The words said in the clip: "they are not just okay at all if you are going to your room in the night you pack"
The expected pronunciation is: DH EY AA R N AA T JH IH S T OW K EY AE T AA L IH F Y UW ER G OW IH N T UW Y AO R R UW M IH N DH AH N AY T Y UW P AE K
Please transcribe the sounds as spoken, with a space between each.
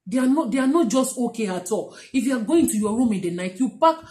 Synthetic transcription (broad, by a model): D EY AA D N AA T JH IH S T OW K EY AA T AA L IH F Y UW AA G OW IH N T UW Y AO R R UW M IH N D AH N AY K Y UW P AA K